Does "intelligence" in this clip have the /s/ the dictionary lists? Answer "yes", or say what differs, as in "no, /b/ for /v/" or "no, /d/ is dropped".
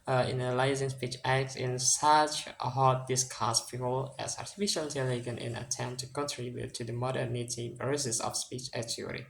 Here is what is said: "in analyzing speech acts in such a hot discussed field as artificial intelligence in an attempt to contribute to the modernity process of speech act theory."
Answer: no, /s/ is dropped